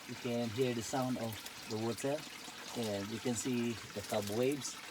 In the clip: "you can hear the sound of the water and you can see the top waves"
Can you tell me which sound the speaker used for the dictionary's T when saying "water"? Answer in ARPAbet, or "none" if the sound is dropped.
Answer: S